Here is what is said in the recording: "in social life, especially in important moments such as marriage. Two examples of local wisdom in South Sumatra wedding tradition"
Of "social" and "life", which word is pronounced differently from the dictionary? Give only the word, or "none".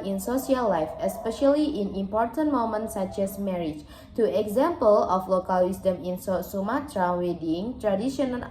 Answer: social